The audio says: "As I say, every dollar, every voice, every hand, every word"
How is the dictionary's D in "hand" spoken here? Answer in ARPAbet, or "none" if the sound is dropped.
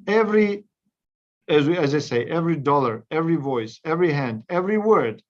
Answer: D